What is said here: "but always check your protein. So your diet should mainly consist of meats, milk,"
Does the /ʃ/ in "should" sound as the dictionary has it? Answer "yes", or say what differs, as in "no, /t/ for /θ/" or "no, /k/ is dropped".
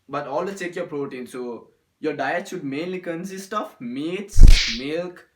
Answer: no, /s/ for /ʃ/